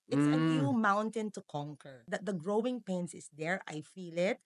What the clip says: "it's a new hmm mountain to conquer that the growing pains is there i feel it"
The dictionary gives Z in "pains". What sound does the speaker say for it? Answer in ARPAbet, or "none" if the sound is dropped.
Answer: S